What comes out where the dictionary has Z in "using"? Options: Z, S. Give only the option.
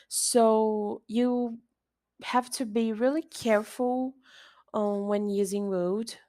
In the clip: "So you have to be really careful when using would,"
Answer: Z